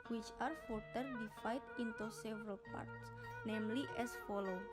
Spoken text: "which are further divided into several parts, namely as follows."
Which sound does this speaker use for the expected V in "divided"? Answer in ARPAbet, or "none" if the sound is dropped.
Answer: F